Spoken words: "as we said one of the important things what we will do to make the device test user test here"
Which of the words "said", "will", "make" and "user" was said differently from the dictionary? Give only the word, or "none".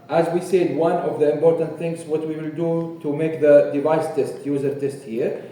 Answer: none